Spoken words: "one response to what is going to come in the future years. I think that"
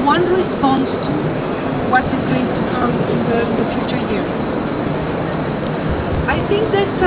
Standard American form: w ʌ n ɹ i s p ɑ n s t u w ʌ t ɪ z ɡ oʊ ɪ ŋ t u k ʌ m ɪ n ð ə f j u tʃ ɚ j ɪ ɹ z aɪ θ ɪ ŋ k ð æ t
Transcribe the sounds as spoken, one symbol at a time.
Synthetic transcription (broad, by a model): w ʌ n ɹ i s p ɑ n s t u w ʌ t ɪ z ɡ oʊ ɪ ŋ t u k ʌ m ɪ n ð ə f j u tʃ ɚ j ɪ ɹ z aɪ θ ɪ ŋ k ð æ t